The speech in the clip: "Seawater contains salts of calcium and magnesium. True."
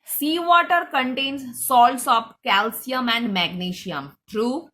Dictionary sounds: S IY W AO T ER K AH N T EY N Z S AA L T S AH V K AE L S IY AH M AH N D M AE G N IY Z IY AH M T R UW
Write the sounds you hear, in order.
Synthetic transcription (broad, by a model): S IY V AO T ER K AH N T EY N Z S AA L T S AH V K AE L S IY AH M AH N D M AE G N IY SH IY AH M T R UW